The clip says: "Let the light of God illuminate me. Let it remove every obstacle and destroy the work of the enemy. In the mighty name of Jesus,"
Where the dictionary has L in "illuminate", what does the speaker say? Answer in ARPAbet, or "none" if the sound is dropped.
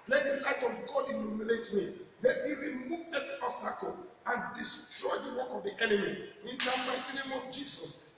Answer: N